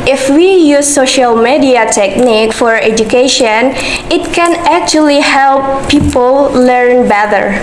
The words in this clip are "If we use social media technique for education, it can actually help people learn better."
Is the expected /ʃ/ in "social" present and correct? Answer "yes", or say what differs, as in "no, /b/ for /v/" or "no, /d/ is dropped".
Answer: yes